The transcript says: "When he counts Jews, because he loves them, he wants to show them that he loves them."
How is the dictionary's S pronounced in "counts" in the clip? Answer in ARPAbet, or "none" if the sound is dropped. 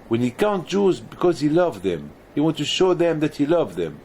none